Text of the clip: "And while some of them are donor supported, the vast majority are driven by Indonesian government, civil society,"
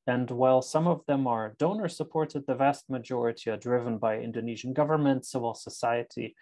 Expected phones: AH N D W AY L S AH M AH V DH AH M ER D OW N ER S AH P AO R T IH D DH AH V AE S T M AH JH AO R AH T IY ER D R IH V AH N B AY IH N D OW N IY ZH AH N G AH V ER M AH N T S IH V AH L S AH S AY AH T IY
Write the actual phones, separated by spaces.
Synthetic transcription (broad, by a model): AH N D W AY L S AH M AH V DH AH M ER D OW N ER S AH P AO R T IH D DH AH V AE S T M AH JH AO R AH T IY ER D R IH V AH N B AY IH N D OW N IY ZH AH N G AH V ER M AH N T S IH V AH L S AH S AY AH T IY